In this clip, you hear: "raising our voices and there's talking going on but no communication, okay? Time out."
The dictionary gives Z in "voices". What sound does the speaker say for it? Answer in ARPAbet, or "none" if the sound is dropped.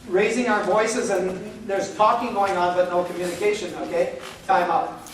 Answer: Z